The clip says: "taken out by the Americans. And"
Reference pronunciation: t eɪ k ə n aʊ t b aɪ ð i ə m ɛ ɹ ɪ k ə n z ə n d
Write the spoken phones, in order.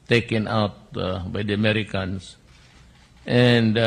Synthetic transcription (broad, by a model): t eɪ k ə n aʊ t b aɪ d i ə m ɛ ɹ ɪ k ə n s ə n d